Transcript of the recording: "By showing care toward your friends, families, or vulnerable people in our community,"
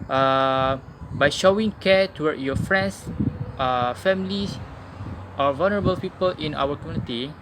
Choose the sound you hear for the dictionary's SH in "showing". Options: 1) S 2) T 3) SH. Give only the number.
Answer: 3